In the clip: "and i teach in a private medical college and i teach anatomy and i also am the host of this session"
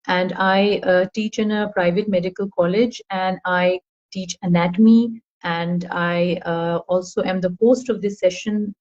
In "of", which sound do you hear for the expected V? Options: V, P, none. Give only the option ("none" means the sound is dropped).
V